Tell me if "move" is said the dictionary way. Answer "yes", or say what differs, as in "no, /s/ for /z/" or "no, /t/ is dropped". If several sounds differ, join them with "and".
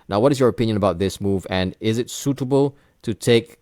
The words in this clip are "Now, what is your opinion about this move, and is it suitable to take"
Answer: yes